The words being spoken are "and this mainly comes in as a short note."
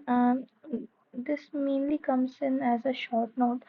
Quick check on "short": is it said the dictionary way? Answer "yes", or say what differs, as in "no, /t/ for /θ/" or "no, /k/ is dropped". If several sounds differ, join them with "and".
yes